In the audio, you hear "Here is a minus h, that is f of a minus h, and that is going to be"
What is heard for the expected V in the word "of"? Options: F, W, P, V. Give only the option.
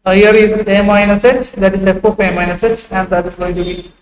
P